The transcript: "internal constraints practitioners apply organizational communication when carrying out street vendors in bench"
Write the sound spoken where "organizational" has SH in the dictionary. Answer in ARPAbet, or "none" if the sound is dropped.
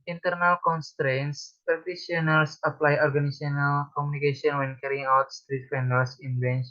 none